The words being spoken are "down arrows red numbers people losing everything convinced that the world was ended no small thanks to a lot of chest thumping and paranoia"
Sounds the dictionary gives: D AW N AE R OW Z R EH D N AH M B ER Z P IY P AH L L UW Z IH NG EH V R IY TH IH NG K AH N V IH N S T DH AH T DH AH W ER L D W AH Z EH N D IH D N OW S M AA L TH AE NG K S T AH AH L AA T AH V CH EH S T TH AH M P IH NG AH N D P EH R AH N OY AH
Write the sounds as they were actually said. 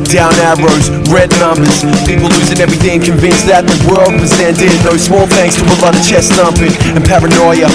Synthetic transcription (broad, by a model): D AW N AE R OW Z R EH D N AH M B ER Z P IY P L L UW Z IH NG EH V R IY TH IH NG K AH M V IH N S DH AH T DH AH W ER L D W AH Z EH N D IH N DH OW S M AA L TH AE NG K S T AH AH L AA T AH CH EH S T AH M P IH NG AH N P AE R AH N OY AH